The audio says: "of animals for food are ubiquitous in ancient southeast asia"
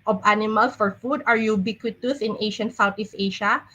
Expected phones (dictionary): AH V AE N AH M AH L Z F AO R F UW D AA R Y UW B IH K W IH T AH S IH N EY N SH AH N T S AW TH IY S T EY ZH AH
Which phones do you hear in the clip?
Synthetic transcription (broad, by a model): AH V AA N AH M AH L S F AO R F UW D AA R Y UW B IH K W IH T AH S IH N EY SH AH N S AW T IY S EY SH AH